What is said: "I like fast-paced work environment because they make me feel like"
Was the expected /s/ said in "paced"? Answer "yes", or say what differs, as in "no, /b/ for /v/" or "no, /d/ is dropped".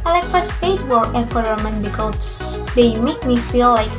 no, /s/ is dropped